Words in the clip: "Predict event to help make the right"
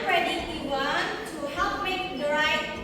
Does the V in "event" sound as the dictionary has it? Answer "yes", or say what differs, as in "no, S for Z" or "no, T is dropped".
no, W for V